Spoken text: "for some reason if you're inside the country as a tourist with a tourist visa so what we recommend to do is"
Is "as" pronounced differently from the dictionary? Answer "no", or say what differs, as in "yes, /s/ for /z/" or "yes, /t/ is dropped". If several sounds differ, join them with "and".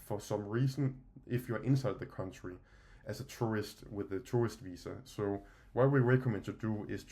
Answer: yes, /s/ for /z/